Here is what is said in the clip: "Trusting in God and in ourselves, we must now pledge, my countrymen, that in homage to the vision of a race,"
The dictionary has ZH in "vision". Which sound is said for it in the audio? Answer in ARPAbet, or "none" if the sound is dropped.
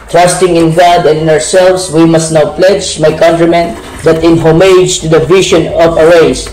SH